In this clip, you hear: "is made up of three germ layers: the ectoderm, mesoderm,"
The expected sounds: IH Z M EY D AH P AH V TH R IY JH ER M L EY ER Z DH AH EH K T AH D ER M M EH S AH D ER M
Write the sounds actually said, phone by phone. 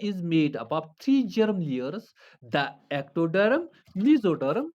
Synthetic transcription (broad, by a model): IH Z M EY D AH B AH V T R IY JH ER M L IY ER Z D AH EH K T AH D ER M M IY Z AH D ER M